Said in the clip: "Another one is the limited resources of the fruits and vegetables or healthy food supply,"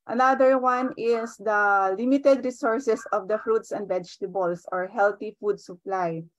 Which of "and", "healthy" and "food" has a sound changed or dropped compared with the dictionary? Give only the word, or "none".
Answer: healthy